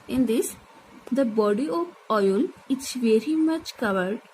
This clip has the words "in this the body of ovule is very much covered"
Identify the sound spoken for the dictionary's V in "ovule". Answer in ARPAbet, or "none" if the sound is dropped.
none